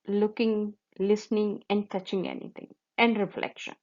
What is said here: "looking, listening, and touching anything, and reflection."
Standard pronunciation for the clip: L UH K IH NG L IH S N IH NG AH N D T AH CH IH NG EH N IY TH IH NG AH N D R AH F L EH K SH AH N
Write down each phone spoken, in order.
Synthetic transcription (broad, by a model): L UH K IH NG L IH S N IH NG AH N D T AH CH IH NG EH N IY T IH NG AH N D R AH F L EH K SH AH N